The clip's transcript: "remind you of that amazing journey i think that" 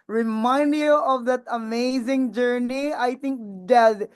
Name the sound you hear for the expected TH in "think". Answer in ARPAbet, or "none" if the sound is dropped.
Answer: T